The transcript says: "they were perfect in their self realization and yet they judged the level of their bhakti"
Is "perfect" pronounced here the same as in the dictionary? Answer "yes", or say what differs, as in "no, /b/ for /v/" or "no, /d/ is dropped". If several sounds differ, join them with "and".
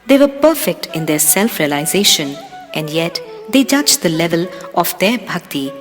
yes